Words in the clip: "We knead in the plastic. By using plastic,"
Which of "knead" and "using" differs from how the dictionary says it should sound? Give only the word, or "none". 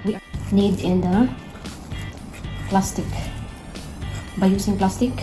using